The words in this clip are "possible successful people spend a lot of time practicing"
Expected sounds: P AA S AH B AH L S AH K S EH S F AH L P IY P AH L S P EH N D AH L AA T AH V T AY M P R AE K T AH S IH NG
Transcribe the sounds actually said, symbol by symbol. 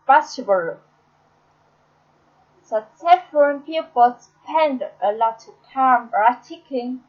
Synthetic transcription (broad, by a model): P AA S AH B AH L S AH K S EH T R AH N P IY P AH L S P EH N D AH L AA T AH T AY M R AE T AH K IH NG